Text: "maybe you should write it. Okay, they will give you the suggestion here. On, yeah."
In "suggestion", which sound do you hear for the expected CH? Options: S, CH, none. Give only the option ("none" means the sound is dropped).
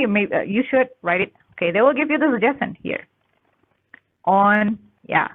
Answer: none